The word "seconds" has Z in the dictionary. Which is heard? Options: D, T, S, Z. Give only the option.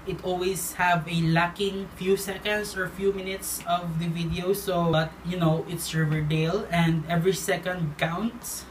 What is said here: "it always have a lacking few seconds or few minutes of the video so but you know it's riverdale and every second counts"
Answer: S